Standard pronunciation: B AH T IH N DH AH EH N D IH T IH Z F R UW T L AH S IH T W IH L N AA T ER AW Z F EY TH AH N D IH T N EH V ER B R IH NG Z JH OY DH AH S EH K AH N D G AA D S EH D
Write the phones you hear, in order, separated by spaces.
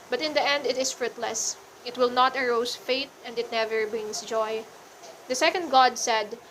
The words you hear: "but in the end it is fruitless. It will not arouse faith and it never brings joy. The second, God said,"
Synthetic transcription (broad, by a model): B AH T IH N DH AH EH N D IH T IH S F R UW T L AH S IH T W IH L N AA T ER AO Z F EY T AH N D IH T N EH V ER B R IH NG S JH OY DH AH S EH K AH N D G AA D S EH D